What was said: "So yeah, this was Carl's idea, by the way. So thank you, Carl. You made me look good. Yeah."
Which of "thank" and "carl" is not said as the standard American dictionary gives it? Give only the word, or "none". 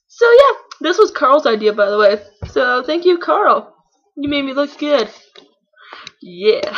none